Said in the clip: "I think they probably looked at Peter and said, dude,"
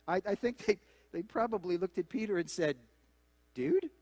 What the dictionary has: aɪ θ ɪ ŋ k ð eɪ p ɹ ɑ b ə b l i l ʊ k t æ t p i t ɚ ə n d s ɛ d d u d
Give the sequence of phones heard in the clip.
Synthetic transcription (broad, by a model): aɪ θ ɪ ŋ k ð eɪ p ɹ ɑ b ə b l i l ʊ k t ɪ t p i t ɚ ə n s ɛ d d u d